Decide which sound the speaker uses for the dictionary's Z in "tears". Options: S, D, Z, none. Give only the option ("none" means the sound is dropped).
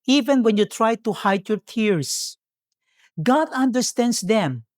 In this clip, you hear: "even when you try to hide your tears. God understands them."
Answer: S